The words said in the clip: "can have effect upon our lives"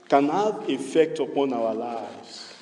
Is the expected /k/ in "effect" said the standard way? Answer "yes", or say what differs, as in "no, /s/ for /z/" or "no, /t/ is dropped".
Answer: yes